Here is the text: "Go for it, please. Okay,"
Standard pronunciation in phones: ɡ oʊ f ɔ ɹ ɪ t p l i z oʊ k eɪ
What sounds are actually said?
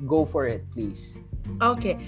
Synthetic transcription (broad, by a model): ɡ oʊ f ɔ ɹ ɪ t p l i s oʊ k eɪ